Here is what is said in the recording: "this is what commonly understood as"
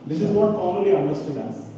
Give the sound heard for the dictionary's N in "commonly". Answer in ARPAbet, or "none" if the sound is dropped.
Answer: none